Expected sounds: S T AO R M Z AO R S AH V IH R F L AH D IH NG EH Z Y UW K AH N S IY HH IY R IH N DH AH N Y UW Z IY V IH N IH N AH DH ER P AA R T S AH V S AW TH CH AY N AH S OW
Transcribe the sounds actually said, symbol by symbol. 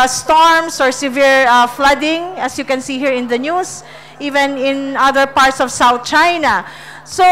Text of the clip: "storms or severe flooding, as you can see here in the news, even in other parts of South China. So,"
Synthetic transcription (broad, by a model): S T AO R M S AO R S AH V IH R F L AH D IH NG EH S Y UW K AH N S IY HH IY R IH N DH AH N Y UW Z IY V IH N IH N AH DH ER P AA R T S AH V S AW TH CH AY N AH S OW